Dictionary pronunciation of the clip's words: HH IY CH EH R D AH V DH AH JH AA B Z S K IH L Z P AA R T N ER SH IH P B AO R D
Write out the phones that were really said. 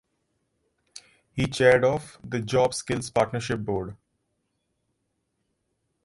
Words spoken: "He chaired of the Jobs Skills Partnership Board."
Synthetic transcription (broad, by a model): HH IY CH EH R D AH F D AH JH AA B S K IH L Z P AA R T N ER SH IH P B AO R D